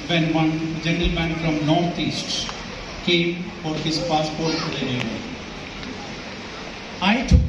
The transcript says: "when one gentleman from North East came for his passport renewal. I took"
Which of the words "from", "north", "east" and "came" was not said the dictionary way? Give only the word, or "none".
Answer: north